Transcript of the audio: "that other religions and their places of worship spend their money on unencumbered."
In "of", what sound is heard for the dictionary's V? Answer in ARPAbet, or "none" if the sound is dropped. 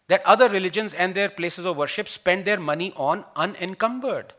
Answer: V